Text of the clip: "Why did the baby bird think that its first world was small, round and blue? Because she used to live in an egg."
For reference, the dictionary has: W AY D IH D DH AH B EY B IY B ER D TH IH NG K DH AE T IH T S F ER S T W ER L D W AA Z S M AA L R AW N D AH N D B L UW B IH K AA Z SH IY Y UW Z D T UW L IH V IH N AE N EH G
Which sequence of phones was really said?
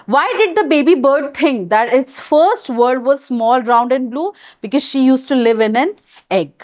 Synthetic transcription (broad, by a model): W AY D IH D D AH B EY B IY B ER D T IH NG K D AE T IH T S F ER S T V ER D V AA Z S M AA L R AW N D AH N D B L UW B IH K AA Z SH IY Y UW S T UW L IH V IH N AE N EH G